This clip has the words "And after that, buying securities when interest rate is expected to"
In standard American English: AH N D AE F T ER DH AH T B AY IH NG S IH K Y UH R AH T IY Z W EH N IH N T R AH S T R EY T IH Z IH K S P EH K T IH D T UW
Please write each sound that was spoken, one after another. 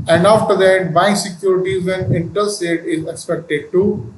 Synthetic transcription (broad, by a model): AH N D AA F T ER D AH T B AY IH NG S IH K Y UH R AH T IY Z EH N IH N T AH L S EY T IH Z IH K S P EH K T IH D T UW